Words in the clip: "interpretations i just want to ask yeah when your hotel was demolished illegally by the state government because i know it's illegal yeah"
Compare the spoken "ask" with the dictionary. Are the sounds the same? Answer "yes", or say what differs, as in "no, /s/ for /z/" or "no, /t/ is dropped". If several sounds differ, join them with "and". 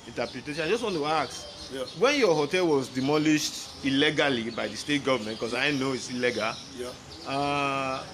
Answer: no, /s/ is dropped